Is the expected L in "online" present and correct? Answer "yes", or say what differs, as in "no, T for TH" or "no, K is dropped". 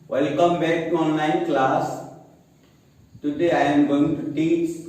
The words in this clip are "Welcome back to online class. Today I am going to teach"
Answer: no, L is dropped